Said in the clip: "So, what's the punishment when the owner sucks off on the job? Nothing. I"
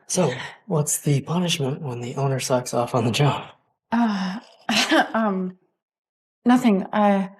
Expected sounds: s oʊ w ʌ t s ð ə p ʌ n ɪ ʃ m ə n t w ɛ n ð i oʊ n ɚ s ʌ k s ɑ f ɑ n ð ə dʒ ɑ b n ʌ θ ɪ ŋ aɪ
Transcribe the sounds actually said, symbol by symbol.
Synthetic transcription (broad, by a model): s oʊ w ʌ t s ð ə p ʌ n ɪ ʃ m ə n t w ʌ n ð i oʊ n ɚ s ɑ k s ɑ f n ð ə dʒ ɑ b n ʌ θ ɪ ŋ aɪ